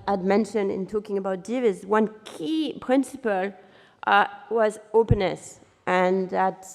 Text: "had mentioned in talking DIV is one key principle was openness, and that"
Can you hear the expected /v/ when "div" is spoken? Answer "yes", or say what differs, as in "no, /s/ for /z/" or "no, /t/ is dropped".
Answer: yes